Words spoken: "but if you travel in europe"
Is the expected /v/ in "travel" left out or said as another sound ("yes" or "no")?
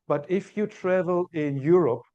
no